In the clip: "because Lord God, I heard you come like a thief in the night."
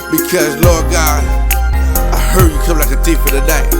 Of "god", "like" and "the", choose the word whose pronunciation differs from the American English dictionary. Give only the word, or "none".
god